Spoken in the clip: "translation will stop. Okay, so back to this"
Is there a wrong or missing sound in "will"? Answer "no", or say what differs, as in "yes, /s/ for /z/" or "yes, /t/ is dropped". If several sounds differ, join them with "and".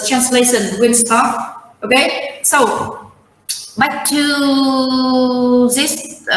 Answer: yes, /n/ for /l/